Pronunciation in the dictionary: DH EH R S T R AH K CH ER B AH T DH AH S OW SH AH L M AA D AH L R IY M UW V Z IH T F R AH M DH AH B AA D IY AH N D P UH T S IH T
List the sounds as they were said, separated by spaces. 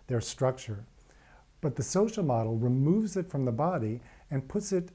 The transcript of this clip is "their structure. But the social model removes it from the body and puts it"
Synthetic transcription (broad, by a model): DH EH R S T R AH K CH ER B AH T DH AH S OW SH L M AA D L R IY M UW V Z IH T F R AH M DH AH B AA D IY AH N P UH T S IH T